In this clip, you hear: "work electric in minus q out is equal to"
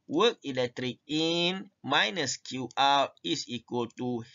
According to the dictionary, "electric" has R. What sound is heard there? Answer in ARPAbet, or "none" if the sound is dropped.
R